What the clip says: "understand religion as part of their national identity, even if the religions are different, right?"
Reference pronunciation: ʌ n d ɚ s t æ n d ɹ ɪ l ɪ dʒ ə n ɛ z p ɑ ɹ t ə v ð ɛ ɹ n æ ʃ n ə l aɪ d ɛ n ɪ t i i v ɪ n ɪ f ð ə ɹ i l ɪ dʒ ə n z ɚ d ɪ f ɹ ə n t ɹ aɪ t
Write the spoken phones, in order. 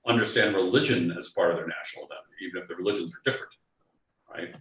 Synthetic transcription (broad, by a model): ʌ n d ɚ s t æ n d ɹ ɪ l ɪ dʒ ə n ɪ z f ɑ ɹ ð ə ɹ n æ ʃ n l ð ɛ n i i v ɪ n ɪ f ð ə ɹ i l ɪ dʒ ə n z ɚ d ɪ f ɹ ə n t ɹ aɪ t